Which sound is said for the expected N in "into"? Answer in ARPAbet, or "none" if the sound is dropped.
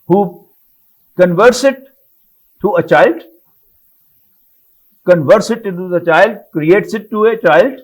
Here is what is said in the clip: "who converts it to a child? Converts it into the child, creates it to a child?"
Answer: none